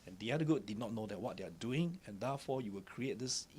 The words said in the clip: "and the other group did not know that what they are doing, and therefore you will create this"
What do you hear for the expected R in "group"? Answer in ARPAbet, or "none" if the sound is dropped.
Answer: none